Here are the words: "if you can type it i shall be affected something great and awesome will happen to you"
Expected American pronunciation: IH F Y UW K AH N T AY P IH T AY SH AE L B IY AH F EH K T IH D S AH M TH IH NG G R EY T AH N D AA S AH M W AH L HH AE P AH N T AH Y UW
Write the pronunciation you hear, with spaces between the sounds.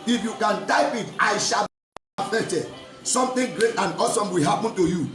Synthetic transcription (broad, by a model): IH F Y UW K AH N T AY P IH T AY SH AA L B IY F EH T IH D S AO M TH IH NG G R EY T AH N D AA S AH M W AH L HH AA P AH N T AH Y UW